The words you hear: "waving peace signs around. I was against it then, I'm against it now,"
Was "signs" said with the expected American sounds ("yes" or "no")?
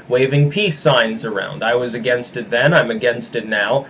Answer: yes